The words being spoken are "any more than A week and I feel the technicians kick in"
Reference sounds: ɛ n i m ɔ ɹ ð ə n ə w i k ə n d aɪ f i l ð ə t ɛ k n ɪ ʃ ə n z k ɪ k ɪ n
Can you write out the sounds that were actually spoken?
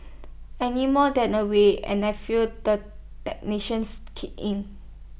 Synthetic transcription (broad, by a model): ɛ n i m ɔ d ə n ə w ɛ ə n aɪ f i l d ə t ɛ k n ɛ ʃ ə n s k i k ɪ n